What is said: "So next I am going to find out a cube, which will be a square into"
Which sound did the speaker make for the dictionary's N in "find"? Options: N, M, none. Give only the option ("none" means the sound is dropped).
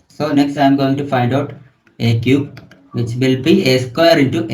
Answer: N